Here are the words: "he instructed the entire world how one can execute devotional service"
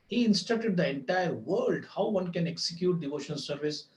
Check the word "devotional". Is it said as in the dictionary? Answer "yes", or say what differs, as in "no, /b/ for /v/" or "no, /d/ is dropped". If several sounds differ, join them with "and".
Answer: no, /n/ is dropped and /n/ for /l/